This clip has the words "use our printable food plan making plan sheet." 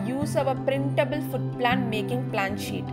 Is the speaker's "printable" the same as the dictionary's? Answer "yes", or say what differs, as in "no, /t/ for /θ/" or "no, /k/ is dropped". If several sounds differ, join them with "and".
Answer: yes